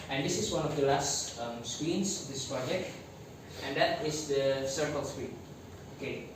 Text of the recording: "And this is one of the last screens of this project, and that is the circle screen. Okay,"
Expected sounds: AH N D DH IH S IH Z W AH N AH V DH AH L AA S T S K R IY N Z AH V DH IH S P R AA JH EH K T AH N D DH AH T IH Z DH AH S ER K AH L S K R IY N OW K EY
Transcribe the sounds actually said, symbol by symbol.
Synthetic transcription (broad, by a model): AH N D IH S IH S W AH N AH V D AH L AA S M S K W IY N S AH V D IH S P R AA JH EH K T AH N D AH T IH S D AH S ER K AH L S K W IY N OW K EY